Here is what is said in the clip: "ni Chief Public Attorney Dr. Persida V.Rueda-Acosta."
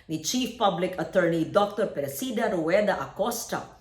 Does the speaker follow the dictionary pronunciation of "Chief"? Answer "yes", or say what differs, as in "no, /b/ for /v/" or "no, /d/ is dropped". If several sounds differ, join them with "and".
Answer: yes